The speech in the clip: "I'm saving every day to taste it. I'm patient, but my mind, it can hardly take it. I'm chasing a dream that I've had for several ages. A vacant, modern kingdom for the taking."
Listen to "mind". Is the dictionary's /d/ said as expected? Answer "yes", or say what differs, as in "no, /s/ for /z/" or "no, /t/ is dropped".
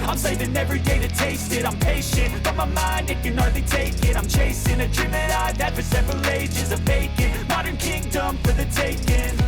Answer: yes